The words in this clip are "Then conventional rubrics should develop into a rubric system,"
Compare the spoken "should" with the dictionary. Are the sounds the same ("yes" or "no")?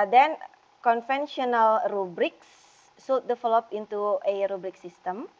no